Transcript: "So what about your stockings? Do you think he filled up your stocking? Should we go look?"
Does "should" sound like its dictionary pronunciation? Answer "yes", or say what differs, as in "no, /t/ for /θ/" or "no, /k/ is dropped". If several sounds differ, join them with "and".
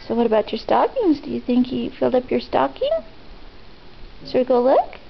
no, /s/ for /ʃ/